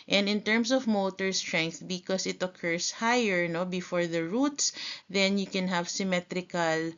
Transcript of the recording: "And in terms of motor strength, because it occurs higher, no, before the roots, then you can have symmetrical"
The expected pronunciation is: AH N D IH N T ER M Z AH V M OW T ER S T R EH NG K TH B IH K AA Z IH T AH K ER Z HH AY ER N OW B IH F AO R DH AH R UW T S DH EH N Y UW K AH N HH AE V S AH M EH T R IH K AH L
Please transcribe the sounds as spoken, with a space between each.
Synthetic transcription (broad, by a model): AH N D IH N T ER M S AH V M OW T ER S T R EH NG K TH B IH K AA S IH T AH K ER S HH AY ER N OW B IH F AO R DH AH R UW T S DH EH N Y UW K AH N HH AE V S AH M EH T R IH K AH L